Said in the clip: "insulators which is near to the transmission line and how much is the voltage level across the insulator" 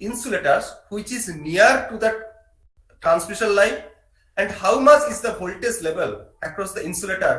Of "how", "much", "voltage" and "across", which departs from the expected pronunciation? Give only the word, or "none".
voltage